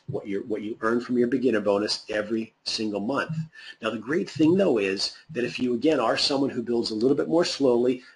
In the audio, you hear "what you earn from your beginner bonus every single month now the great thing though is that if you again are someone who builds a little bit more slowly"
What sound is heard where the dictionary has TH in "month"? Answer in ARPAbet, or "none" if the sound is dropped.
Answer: TH